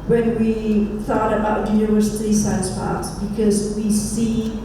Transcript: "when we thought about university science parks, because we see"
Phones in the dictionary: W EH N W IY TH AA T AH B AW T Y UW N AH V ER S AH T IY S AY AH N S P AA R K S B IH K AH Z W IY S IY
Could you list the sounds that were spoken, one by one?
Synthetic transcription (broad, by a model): W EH N W IY TH AA T AH B AW T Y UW AH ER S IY S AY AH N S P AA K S B IH K AH Z W IY S IY